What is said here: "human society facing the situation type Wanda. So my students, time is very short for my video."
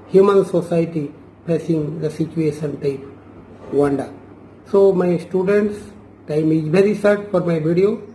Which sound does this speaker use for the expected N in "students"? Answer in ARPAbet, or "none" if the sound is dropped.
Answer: N